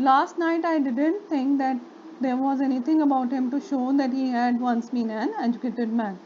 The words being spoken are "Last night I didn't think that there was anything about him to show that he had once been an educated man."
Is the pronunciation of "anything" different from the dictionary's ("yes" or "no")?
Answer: yes